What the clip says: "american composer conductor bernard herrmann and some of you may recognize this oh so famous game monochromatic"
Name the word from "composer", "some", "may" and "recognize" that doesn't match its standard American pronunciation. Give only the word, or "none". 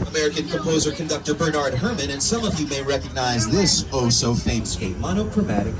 none